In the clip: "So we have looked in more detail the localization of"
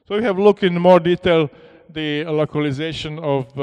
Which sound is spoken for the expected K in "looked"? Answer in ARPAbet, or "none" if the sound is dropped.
K